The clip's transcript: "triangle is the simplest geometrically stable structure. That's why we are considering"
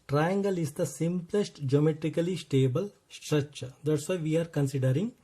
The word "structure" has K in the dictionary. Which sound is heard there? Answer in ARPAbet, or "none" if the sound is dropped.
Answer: none